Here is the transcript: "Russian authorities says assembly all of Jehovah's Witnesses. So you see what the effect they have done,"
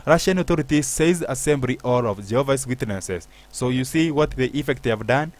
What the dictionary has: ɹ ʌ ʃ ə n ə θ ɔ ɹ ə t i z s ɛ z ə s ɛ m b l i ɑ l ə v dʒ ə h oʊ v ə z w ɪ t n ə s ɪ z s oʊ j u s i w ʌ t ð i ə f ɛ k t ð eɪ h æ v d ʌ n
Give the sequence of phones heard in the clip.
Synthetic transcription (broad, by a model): ɹ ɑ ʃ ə n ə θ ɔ ɹ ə t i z s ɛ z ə s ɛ m b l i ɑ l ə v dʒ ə h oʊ v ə s w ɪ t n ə s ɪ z s oʊ j u s i w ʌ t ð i ə f ɛ k t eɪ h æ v d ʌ n